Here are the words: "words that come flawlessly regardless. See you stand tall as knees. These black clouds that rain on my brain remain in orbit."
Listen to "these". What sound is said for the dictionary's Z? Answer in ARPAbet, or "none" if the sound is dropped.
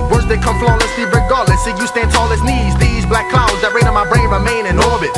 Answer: Z